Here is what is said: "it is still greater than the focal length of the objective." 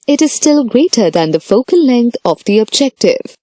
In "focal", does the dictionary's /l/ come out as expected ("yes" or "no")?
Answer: yes